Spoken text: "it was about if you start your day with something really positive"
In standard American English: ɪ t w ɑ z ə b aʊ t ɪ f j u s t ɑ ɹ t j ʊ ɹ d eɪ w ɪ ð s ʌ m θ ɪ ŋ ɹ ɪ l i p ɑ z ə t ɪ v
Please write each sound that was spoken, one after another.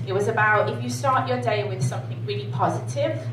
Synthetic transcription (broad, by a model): ɪ t w ɑ z ə b aʊ t ɪ f j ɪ s t ɑ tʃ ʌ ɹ d eɪ w ɪ ð s ʌ m θ ɪ ŋ ɹ ɪ l i p ɑ z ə t ɪ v